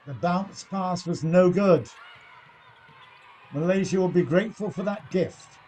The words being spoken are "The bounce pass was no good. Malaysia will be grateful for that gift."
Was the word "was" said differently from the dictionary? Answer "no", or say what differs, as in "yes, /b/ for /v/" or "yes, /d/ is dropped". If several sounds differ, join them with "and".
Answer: no